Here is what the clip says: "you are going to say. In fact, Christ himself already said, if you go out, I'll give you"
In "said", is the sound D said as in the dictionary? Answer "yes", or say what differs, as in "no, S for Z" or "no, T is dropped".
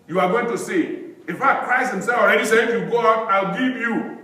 no, D is dropped